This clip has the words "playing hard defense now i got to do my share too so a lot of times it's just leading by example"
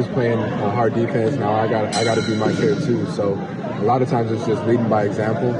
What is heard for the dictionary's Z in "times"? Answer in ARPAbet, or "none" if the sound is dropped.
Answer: Z